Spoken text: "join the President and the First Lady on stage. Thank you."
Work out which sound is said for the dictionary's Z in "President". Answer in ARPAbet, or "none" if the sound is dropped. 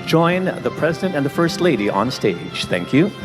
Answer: Z